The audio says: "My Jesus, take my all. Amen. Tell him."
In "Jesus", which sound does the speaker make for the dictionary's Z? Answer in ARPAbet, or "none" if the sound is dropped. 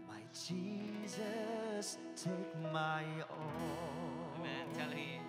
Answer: Z